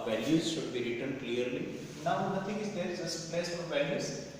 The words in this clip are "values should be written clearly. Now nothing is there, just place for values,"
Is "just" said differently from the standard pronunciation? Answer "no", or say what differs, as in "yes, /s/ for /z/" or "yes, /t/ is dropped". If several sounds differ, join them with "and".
yes, /z/ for /dʒ/